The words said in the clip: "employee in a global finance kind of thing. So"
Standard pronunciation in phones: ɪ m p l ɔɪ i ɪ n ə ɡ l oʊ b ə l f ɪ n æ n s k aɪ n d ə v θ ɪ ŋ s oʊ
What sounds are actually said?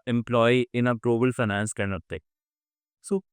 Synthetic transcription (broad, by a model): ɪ m p l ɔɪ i ɪ n ə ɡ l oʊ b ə l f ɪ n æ n s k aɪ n ə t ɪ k s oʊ